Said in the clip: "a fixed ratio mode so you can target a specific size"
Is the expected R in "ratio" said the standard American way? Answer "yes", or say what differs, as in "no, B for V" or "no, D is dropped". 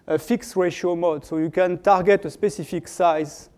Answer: yes